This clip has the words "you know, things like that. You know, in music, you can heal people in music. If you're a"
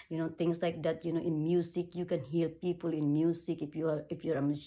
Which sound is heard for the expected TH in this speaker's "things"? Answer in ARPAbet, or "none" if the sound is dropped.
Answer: T